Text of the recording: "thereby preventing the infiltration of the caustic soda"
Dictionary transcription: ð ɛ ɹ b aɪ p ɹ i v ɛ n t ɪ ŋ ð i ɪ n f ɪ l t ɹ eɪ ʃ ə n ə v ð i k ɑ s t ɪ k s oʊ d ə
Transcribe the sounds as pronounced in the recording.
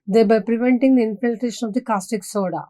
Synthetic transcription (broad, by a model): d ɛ b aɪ p ɹ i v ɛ n t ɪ ŋ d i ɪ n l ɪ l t eɪ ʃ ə n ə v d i k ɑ s t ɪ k s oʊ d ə